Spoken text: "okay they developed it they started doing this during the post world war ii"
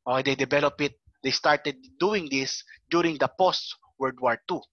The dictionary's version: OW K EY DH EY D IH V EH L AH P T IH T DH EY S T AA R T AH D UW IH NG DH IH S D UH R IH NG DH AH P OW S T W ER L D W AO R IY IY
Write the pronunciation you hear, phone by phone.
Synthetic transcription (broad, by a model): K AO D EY D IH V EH L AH P IH T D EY S T AA R T AH D UW IH NG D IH S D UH R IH NG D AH P OW S T W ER D W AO R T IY